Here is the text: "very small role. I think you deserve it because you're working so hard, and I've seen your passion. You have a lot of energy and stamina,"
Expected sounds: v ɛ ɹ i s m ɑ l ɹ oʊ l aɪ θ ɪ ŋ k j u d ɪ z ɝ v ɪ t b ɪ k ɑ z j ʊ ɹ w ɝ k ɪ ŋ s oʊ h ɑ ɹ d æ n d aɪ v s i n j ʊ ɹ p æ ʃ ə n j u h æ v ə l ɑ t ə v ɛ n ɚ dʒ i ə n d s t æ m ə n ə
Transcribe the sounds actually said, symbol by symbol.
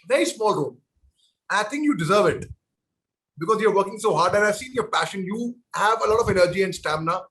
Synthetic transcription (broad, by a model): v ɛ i s m ɑ l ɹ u n aɪ t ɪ ŋ k j u d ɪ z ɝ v ɪ t b ɪ k ɑ z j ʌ ɹ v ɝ k ɪ ŋ s oʊ h ɑ ɹ d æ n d aɪ v s i n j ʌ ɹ p æ ʃ ə n j u h æ v ə l ɑ t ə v ɛ n ɚ dʒ i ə n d s t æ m n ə